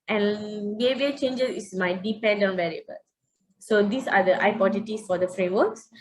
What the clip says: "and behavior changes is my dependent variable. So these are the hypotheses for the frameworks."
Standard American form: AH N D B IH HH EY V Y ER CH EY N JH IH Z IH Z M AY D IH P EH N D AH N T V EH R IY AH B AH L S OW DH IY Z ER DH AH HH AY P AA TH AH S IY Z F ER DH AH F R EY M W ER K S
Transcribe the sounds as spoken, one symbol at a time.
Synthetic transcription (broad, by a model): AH N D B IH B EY CH EY N JH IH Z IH S M AY D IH P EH N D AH N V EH R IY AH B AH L S OW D IY S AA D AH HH AY P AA T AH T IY S F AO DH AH F R EY M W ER K S